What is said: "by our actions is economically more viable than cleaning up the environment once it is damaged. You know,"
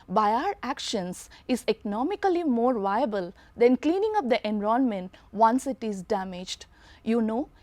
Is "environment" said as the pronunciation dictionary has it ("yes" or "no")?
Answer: no